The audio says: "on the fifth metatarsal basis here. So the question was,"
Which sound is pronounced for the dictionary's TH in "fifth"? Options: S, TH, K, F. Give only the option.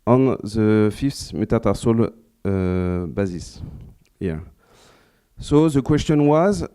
S